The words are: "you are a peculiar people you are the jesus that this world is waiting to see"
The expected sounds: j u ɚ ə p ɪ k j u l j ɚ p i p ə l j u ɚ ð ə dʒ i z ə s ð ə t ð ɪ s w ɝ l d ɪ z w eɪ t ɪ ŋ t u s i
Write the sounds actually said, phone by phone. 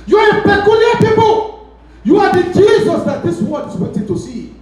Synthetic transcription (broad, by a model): j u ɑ ə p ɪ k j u l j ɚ p i p ə l j u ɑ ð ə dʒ i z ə s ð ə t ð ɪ s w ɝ d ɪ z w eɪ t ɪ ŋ t u s i